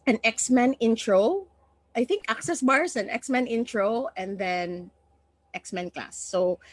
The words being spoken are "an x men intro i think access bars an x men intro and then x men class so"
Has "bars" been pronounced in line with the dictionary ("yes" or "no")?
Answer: no